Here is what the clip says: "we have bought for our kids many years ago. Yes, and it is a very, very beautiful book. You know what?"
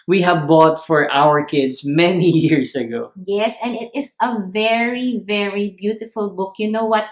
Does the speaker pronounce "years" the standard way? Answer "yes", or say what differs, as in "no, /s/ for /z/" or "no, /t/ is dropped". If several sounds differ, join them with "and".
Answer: no, /s/ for /z/